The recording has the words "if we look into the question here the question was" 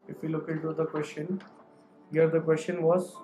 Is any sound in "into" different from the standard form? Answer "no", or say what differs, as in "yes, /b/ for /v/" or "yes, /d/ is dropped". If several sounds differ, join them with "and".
yes, /n/ is dropped